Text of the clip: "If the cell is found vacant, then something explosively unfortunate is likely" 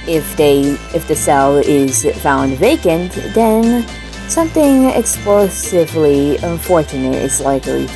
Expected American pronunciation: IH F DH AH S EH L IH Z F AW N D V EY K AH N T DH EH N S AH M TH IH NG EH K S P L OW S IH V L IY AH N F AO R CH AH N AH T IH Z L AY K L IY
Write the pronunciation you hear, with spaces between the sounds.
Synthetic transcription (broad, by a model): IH F DH AH S EH L IH Z F AW N D V EY K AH N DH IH N S AH M TH IH NG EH K S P L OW S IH V L IY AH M F AO R CH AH N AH T IH Z L AY K L IY